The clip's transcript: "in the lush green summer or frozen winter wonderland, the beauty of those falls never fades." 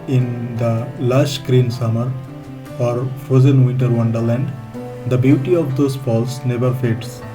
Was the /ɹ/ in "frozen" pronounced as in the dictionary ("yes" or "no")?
no